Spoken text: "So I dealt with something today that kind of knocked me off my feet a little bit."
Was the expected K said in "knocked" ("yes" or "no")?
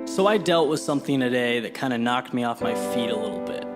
yes